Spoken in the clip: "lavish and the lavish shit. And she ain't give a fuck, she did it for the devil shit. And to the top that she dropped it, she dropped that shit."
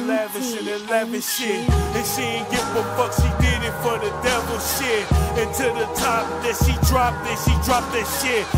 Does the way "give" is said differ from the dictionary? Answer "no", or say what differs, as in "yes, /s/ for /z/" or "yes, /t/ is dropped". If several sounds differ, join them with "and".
yes, /f/ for /v/